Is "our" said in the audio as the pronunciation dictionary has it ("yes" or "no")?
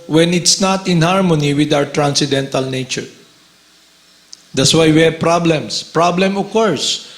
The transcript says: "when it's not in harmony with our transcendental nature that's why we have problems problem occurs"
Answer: yes